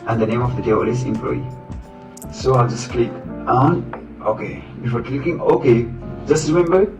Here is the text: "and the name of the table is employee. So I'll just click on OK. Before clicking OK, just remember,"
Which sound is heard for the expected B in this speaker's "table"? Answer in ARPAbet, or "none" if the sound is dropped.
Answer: none